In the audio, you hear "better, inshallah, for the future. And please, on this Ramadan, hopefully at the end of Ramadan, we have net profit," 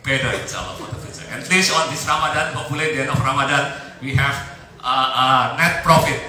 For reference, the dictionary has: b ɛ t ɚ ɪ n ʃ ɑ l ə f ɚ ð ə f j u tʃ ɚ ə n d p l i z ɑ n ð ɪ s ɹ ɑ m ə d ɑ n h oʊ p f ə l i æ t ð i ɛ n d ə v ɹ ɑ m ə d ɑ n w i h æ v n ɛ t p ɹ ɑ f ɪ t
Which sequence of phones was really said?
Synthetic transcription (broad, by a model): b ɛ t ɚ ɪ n s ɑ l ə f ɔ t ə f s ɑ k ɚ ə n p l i s ɑ n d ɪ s ɹ ɑ m ə d ɑ n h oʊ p ə l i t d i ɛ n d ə f ɹ ɑ m ə d ɑ n w i h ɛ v n ɛ t p ɹ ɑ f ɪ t